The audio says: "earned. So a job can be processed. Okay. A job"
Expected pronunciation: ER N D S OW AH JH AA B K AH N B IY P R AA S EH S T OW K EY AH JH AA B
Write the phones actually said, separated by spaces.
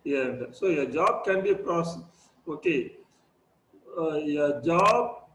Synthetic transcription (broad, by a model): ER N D S OW AH JH AA B K AH N B IY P R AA S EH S OW K EY AH JH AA B